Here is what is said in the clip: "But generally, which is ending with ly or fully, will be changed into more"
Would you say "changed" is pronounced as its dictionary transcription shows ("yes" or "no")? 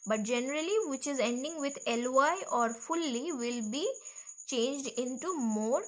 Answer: yes